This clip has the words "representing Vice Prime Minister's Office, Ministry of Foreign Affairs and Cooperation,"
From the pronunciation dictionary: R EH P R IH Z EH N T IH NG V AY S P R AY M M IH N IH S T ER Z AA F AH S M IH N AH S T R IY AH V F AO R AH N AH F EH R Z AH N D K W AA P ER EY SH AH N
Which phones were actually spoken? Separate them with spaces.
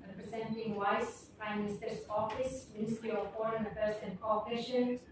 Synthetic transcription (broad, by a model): R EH P R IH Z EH N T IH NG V AY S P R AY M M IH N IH S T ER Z AA F AH S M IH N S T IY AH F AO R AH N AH P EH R S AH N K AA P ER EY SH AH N